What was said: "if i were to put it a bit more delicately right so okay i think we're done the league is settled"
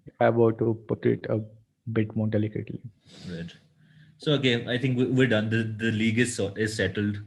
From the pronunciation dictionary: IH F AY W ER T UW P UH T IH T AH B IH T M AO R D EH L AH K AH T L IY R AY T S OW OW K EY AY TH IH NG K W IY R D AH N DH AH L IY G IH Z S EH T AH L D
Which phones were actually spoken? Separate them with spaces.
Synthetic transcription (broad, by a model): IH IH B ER T UW P UH T IH T AH B IH T M AO R D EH L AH K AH T L IY R AY T S OW OW K EY AY T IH NG K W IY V D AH N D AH L IY G IH Z S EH T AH L D